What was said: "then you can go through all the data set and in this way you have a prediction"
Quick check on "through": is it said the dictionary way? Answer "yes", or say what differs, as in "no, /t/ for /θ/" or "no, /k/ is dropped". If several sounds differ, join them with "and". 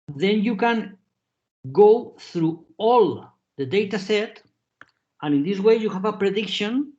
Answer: yes